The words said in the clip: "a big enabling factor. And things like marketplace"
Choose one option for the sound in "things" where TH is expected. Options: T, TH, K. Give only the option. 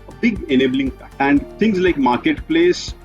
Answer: T